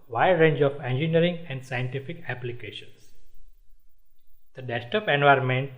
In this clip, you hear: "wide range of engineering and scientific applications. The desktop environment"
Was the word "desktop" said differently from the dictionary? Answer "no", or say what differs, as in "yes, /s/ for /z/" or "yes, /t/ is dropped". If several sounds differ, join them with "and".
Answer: yes, /k/ is dropped